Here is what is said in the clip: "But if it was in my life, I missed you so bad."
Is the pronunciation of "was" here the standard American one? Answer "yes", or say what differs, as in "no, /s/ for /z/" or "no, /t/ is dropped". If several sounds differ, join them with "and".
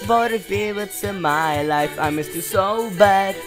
no, /s/ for /z/